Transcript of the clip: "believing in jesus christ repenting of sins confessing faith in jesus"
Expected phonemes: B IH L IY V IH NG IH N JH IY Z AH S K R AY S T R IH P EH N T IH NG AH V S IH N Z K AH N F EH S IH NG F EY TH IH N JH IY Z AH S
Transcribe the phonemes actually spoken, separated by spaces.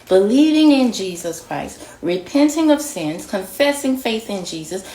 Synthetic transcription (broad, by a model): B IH L IY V IH NG IH N JH IY Z AH S K R AY S T R IH P EH N T IH NG AH V S IH N Z K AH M F EH S IH NG F EY TH IH N JH IY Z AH S